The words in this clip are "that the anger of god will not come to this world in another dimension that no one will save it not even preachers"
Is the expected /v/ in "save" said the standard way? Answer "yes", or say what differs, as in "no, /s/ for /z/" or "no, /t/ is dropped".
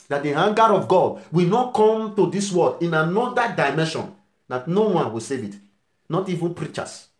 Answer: yes